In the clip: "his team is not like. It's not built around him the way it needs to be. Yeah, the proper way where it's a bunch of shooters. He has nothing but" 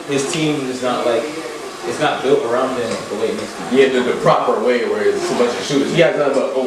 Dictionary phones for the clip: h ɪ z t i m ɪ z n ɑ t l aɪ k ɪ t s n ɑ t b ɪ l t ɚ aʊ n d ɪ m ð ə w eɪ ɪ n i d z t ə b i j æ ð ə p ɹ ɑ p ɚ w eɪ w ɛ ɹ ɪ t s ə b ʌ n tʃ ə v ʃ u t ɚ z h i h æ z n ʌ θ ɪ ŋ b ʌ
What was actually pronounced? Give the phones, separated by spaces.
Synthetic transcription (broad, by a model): h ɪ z t i m ɪ z n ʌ t l aɪ k ɪ t s n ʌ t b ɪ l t ɚ aʊ n d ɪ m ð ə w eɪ ɪ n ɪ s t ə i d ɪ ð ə p ɹ ɑ p ɚ w eɪ w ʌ ɹ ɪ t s ə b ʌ tʃ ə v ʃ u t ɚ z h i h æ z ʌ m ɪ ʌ